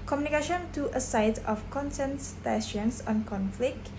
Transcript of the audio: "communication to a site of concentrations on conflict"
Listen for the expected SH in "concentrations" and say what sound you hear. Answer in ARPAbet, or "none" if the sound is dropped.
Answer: S